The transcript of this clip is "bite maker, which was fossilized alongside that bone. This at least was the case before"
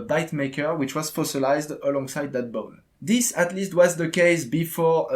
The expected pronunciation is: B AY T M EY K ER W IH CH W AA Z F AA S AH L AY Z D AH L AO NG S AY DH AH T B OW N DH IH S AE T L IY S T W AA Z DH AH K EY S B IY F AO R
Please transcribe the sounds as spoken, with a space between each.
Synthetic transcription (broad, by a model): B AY T M EY K ER W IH CH W AA Z F AA S AH L AY Z D AH L AO NG S AY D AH T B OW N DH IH S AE T L IY S T W AA Z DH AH K EY S B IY F AO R